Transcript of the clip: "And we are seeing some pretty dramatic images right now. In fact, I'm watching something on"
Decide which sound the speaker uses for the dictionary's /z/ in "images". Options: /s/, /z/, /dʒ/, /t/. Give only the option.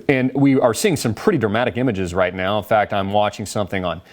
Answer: /z/